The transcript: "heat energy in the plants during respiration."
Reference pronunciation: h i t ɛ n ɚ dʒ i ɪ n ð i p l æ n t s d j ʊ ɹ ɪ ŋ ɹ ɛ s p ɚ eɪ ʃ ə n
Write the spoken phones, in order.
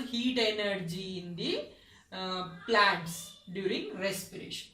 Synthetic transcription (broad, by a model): h i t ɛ n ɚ dʒ i n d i p l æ t s d j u ɹ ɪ ŋ ɹ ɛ s p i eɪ ʃ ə n